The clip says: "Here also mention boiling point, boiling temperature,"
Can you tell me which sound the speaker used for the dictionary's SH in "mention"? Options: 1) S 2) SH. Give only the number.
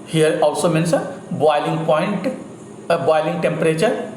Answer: 1